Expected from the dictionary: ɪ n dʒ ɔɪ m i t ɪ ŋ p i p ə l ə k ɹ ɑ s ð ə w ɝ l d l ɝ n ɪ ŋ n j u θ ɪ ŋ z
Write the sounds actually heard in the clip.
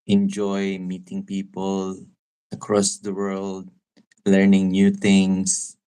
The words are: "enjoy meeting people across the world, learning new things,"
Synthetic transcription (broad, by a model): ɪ n dʒ ɔɪ m i t ɪ ŋ p i p ə l ə k ɹ ɑ s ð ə w ɝ l d l ɝ n ɪ ŋ n j u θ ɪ ŋ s